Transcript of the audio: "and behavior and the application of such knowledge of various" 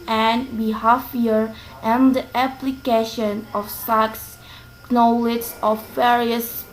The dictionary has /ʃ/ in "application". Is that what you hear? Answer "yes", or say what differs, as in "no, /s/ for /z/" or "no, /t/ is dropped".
yes